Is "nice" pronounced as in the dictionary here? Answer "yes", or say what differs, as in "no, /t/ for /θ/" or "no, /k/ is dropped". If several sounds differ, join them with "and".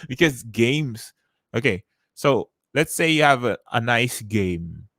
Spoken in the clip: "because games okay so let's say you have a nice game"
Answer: yes